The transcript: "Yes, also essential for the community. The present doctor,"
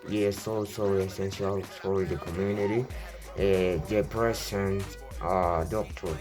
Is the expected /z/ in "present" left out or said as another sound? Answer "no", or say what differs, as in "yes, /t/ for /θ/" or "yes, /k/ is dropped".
yes, /s/ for /z/